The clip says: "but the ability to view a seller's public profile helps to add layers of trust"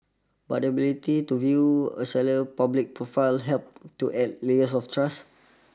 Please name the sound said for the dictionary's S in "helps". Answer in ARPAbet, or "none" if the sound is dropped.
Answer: none